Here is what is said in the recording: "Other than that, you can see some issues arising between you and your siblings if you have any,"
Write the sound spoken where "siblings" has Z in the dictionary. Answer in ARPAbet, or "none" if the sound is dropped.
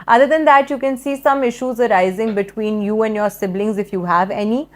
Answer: Z